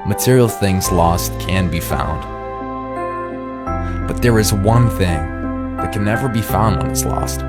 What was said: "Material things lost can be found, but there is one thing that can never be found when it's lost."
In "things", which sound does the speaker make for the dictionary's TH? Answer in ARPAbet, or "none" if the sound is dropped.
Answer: TH